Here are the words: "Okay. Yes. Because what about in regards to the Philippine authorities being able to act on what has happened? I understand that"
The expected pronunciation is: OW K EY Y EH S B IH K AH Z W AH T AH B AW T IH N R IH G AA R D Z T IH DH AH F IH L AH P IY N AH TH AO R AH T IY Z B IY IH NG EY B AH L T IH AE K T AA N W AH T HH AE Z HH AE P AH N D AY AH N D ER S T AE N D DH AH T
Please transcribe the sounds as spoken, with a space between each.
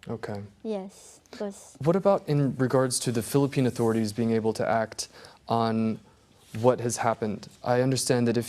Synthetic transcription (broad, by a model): OW K EY Y EH S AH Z W AH T AH B AW T IH N R IH G AA R D Z T IH DH AH F IH L AH P IY N AH TH AO R AH T IY Z B IY IH NG EY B L T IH AE K T N W AH T HH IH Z HH AE P AH N D AY AH N D ER S T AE N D DH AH T